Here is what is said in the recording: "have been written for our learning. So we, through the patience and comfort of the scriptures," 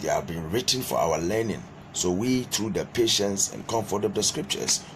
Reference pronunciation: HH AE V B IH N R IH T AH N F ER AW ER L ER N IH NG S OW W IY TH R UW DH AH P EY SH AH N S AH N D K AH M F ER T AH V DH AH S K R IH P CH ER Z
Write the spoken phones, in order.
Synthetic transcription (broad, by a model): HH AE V B IH N R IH T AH N F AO AW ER L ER N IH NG S OW W IY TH R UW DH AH P EY SH AH N S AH N K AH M F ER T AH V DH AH S K R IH P CH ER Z